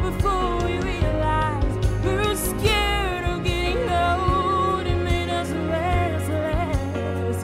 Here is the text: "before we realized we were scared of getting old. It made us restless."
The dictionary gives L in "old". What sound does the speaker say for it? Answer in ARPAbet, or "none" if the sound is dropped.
none